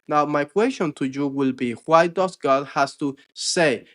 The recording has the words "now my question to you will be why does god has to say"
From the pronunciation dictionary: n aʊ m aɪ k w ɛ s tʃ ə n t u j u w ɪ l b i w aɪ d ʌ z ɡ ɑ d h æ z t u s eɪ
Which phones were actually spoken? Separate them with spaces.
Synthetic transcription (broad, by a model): n aʊ m aɪ k w ɛ s tʃ ə n t u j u w ɪ l b i w aɪ d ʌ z ɡ ɑ d h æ s t u s eɪ